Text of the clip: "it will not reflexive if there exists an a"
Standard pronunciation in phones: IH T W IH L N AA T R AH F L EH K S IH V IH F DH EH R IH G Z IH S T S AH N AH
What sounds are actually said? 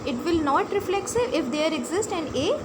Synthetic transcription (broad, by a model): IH T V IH L N AA T R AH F L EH K S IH IH F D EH R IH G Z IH S T AH N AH